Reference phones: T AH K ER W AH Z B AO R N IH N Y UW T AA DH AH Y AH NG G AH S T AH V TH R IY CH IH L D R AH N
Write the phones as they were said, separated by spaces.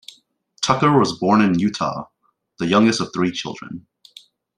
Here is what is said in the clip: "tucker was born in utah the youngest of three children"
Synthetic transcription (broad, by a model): T AH K ER W AH Z B AO R N IH N Y UW T AA DH AH Y AH NG G AH S T AH V TH R IY CH IH L D R AH N